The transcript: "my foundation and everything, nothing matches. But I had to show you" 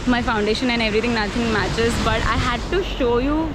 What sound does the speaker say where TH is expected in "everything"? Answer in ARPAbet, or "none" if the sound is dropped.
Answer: T